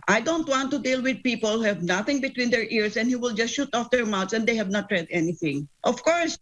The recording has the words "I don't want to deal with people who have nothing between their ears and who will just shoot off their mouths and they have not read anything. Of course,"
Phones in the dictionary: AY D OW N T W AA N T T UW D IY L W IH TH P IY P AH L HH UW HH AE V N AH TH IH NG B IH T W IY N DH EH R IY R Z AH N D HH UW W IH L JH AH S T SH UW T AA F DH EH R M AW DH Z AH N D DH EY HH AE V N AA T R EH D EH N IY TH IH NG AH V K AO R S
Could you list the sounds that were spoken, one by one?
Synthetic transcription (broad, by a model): AY D OW N T W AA N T T UW D IY L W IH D P IY P AH L HH UW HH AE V N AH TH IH NG B IH T W IY N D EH R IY R S AH N D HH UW W IH L JH AH S T SH UW T AA F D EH R M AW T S AH N D EY HH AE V N AA T R EH D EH N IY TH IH NG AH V K AO R S